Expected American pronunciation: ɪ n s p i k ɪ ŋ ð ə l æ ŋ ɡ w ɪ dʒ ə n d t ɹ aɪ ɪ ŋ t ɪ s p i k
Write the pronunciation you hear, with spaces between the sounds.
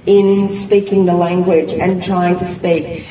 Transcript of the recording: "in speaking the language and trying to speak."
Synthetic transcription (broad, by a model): ɪ n s p i k ɪ ŋ ð ə l æ ŋ ɡ w ɪ dʒ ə n t ɹ aɪ ɪ ŋ t ɪ s p i k